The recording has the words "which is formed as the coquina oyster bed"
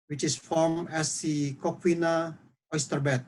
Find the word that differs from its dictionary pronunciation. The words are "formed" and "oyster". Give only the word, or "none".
formed